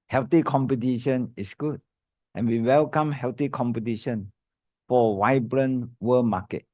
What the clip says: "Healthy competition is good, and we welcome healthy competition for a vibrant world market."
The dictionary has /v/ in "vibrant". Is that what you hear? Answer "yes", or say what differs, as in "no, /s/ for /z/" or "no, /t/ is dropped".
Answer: no, /w/ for /v/